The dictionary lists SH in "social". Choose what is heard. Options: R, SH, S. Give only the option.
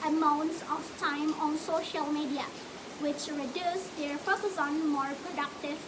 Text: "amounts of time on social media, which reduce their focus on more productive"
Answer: SH